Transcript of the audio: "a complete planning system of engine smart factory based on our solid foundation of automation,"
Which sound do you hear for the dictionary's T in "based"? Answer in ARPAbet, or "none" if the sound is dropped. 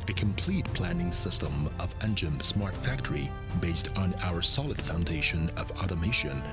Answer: T